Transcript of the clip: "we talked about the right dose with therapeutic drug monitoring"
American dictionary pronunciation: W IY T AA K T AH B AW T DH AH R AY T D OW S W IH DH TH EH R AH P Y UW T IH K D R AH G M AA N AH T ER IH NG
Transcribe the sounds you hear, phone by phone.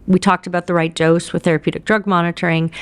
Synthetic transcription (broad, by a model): W IY T AA K T AH B AW T DH AH R AY T D OW S W IH DH TH EH R AH P Y UW T IH K D R AH G M AA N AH T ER IH NG